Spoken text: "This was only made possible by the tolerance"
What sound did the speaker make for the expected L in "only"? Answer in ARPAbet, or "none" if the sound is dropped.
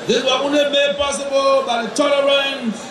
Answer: none